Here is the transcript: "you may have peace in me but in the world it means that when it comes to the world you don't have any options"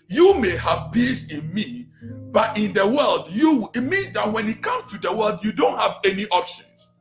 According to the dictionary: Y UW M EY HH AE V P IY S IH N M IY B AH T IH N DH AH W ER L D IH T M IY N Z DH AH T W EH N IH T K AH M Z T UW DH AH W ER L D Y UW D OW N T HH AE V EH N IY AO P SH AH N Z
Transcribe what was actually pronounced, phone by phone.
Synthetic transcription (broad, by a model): Y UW M EY HH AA V B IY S IH N M IY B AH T IH N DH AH W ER L D IH T M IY N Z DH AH T W EH N IH T K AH M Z T UW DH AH W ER L D Y UW D OW N T HH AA V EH N IY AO P SH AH N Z